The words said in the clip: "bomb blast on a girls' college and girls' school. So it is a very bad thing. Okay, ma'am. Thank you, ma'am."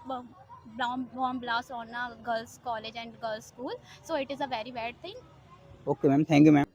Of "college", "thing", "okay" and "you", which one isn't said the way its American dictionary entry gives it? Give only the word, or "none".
thing